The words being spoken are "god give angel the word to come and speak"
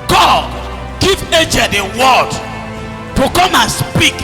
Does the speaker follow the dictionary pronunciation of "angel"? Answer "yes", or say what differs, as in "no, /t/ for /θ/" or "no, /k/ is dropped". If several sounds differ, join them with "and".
no, /n/ is dropped